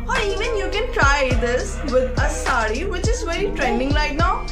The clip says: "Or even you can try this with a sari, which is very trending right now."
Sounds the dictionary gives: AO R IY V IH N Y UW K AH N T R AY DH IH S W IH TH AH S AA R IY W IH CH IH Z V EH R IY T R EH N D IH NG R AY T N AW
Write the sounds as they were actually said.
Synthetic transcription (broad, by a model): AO R IY V IH N Y UW K AH N T R AY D IH S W IH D AH S AA R IY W IH CH IH Z V EH R IY T R EH N D IH NG L AY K N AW